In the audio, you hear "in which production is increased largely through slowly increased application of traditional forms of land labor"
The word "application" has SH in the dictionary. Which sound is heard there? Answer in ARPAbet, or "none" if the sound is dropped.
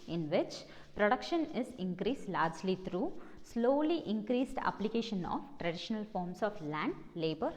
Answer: SH